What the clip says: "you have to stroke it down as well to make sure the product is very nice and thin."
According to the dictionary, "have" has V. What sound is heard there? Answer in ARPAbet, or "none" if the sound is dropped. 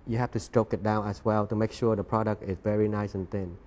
F